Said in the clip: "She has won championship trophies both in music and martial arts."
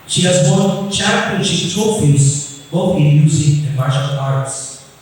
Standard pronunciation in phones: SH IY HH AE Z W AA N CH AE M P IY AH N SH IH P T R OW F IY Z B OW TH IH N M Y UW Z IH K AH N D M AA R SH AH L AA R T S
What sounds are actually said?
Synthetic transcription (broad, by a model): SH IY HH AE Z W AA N CH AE P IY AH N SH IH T OW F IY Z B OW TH IH N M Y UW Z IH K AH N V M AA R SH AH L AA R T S